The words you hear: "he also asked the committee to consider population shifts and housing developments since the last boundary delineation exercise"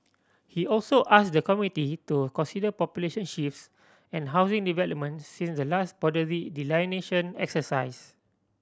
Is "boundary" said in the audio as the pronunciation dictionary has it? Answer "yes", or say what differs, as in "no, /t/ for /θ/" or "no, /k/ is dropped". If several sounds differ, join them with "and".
no, /n/ is dropped